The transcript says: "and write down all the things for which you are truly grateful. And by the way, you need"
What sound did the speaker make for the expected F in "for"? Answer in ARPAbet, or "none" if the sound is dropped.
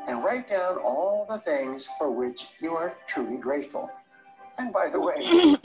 F